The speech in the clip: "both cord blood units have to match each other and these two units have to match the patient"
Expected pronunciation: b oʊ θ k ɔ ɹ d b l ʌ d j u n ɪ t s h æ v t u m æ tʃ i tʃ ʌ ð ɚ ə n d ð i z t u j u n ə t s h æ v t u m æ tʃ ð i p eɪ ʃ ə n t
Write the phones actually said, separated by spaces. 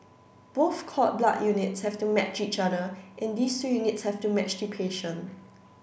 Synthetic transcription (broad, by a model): b oʊ θ k ɔ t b l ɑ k j u n ɪ t s h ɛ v t u m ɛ tʃ i tʃ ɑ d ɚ ə n d i s t u j u n ə t s h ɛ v t u m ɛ tʃ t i p eɪ ʃ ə n